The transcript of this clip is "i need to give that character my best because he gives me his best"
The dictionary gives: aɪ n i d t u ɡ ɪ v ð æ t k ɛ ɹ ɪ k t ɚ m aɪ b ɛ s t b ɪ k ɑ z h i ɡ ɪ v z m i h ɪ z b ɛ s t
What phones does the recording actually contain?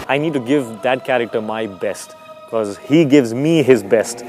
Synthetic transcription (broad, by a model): aɪ n i d t u ɡ ɪ v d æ t k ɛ ɹ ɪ k t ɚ m aɪ b ɛ s t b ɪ k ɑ z h i ɡ ɪ v z m i h ɪ z b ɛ s t